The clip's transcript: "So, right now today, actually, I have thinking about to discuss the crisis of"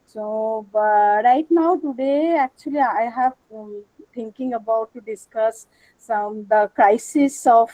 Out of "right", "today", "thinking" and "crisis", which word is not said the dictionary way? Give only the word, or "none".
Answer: thinking